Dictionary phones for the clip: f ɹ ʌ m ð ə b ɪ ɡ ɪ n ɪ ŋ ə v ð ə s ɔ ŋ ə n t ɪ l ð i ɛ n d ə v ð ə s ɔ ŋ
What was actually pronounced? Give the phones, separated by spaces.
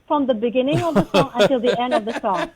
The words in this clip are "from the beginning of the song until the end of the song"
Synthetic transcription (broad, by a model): f ɹ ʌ m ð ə b ɪ ɡ ɪ n ɪ ŋ ə v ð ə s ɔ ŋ ə n t ɪ l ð i ɛ n d ə v ð ə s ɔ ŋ